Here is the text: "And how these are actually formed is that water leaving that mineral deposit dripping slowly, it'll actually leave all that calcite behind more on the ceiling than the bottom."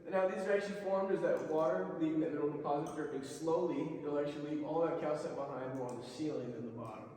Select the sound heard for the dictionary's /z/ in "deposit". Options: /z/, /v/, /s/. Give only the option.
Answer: /z/